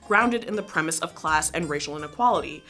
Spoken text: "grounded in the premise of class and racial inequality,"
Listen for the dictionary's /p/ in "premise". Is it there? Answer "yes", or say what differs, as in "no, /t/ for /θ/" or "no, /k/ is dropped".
yes